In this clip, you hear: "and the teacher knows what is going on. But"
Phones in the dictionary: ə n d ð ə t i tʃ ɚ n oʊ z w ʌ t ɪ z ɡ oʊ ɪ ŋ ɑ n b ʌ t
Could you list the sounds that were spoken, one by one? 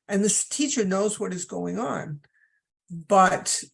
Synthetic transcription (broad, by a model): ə n ð ə t i tʃ ɚ n oʊ z w ʌ t ɪ z ɡ oʊ ɪ ŋ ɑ n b ʌ t